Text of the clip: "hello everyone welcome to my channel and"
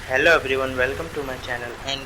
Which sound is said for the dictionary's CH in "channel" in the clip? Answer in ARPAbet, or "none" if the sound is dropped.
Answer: CH